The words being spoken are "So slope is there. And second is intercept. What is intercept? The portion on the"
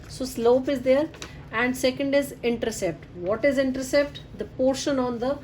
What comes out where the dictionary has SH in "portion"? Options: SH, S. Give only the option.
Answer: SH